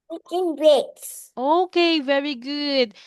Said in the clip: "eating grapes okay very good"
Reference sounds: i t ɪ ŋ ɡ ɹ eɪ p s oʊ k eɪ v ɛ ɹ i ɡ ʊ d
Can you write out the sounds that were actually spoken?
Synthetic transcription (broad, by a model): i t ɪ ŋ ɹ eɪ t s oʊ k eɪ v ɛ ɹ i ɡ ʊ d